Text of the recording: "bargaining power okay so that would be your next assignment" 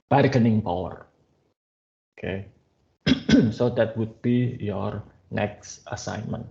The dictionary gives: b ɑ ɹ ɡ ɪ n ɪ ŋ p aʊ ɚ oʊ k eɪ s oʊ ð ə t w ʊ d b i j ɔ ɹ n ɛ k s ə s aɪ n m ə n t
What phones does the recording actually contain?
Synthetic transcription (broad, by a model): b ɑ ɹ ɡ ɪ n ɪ ŋ p aʊ ɚ oʊ k eɪ s oʊ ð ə t w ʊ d b i j ɔ ɹ n ɛ k s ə s aɪ n m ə n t